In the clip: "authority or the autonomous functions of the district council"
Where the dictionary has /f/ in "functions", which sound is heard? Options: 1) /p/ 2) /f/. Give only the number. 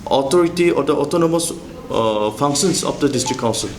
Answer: 1